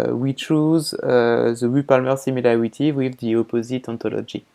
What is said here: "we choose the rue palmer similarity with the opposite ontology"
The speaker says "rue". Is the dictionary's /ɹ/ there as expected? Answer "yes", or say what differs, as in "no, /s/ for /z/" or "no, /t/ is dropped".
no, /w/ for /ɹ/